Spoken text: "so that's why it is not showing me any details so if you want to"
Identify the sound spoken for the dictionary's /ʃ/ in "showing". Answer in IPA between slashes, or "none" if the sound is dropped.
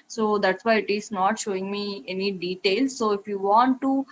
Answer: /ʃ/